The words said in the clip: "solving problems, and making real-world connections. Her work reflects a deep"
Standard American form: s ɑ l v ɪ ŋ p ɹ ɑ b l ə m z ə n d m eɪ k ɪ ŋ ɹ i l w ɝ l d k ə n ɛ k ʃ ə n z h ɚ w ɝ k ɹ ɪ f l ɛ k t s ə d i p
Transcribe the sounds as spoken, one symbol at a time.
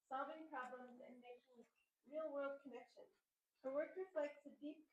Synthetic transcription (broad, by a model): s ɑ l v ɪ ŋ p ɹ ɑ b l ə m z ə n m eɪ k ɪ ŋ ɹ i l w ɝ l d k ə n ɛ k ʃ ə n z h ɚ w ɝ k ɹ ɪ f l ɛ k t s ə d i p